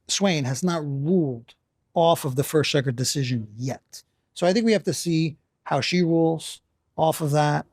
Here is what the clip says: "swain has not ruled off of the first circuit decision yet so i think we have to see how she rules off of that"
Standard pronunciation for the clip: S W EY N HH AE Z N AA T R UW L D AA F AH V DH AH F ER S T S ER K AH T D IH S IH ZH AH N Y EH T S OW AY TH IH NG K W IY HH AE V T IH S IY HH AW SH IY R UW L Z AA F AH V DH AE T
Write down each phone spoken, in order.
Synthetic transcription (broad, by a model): S W EY N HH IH Z N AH T R UW L D AA F AH V DH AH F ER S T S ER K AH D IH S IH ZH AH N Y EH T S OW AY TH IH NG K W IY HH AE F T IH S IY HH AW SH IY R UW L Z AA F AH V DH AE T